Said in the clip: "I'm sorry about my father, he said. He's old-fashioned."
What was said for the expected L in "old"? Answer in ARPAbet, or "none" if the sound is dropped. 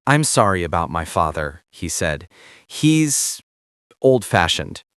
L